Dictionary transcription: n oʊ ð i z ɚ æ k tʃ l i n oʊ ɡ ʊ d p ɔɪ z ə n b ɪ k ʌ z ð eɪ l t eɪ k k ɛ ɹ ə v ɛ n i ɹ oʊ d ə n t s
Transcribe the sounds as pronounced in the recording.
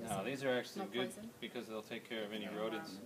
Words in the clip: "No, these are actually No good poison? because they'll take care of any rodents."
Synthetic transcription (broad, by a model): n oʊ ð i z ɚ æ k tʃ i l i ɡ ʊ d b ɪ k ʌ z ð eɪ l t eɪ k k ɛ ɹ ə v ɛ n i ɹ oʊ d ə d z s